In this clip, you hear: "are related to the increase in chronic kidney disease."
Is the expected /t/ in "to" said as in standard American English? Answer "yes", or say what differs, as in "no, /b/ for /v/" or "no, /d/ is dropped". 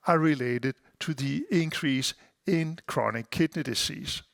yes